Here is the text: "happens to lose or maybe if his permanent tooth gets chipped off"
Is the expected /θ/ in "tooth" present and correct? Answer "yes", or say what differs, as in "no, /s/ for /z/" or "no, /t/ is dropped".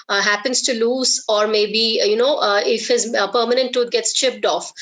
no, /t/ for /θ/